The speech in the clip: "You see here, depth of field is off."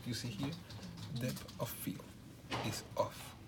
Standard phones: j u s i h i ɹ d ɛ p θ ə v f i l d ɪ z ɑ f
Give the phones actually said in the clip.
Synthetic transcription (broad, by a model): j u s i h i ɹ d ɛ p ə f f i l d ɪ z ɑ f